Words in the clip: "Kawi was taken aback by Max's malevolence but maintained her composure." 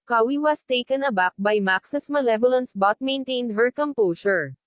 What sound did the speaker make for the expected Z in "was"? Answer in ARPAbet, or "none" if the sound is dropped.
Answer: S